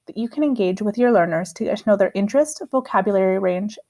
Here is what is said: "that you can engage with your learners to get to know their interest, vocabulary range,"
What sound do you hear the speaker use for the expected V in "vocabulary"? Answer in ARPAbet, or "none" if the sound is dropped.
V